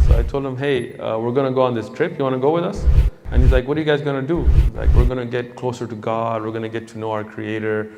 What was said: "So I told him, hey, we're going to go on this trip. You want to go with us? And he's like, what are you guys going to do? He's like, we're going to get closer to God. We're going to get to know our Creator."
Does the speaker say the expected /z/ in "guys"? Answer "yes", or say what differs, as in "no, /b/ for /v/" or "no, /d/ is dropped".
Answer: yes